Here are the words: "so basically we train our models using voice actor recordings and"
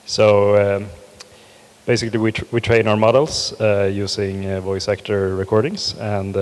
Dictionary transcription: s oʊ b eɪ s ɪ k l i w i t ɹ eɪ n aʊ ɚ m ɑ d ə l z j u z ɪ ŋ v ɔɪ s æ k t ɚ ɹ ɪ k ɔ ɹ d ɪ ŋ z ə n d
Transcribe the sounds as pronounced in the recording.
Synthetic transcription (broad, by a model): s oʊ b eɪ s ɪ k l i w i t ɹ eɪ n aʊ ɚ m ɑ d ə l s j u s ɪ ŋ v ɔɪ s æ k t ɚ ɹ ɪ k ɔ ɹ d ɪ ŋ s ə n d